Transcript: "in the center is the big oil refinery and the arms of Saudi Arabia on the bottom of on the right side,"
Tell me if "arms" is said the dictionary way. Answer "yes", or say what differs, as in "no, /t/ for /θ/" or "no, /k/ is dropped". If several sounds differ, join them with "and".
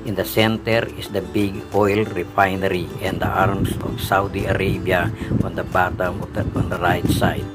no, /s/ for /z/